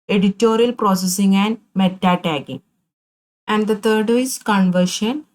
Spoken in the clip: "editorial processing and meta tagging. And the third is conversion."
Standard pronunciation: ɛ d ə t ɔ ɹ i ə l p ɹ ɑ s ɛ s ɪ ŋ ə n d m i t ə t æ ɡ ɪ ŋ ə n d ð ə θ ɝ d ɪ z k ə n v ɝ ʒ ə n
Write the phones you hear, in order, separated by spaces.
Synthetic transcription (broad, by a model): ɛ d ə t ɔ ɹ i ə l p ɹ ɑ s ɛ s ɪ ŋ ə n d m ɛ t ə t æ ɡ ɪ ŋ ə n d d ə t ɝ d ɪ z k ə n v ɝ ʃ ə n